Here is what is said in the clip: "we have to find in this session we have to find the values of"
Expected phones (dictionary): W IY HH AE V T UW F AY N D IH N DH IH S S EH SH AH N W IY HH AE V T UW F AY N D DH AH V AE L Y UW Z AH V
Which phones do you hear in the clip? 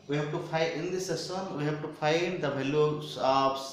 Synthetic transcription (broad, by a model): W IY HH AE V T UW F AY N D IH N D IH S S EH S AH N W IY HH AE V T UW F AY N D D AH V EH L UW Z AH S